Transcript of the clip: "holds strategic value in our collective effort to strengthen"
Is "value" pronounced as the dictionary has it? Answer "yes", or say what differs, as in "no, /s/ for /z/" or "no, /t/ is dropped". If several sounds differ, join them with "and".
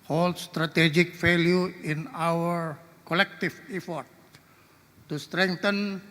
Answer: no, /f/ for /v/